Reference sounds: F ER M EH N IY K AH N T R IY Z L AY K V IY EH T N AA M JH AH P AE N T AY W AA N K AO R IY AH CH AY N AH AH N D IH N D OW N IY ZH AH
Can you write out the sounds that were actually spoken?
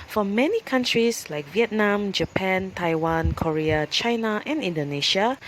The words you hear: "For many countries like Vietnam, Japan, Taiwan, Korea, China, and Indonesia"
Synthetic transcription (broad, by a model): F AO M EH N IY K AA N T R IY S L AY K V IY EH T N AA M JH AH P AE N T AY W AA N K AO R IY AH CH AY N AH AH N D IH N D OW N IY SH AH